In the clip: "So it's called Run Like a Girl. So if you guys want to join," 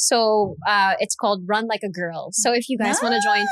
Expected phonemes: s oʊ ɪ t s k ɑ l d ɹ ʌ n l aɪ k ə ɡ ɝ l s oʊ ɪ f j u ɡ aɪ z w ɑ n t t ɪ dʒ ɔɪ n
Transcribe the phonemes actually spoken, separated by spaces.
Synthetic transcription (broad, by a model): s oʊ ɪ t s k ɑ l d ɹ ʌ n l aɪ k ə ɡ ɝ l s oʊ ɪ f j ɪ ɡ aɪ z w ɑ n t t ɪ dʒ ɔɪ n